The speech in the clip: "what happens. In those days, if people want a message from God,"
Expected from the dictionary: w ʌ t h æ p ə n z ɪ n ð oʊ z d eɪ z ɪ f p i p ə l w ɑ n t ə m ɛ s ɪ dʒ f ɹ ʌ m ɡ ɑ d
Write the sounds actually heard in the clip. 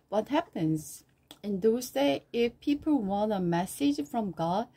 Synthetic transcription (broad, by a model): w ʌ t h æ p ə n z ɪ n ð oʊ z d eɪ ɪ f p i p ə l w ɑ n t ə m ɛ s ɪ dʒ f ɹ ʌ m ɡ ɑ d